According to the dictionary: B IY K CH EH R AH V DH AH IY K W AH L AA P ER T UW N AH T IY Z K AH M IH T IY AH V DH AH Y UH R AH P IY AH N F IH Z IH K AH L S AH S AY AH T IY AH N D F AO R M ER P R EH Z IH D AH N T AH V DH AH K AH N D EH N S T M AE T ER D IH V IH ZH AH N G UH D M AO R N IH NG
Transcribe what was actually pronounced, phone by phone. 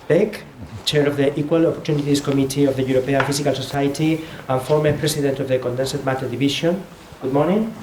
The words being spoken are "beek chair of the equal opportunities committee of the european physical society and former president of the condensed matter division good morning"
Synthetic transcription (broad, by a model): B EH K CH EH R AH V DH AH IY K W AH L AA P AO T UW N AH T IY S K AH M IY T IY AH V DH AH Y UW R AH P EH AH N F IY S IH K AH L S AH S AY T IY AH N F AO R M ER P R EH S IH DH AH N T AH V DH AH K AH N D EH N S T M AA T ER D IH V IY SH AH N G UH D M AO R N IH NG